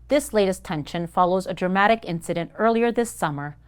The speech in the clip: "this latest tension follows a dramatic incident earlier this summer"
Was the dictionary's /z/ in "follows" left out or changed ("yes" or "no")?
no